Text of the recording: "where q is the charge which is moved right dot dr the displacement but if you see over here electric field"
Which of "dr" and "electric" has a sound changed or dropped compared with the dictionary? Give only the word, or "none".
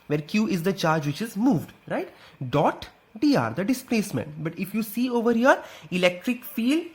dr